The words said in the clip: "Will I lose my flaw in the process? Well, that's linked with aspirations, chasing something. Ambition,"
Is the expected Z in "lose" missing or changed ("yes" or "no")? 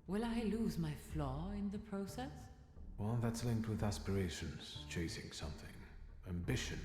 no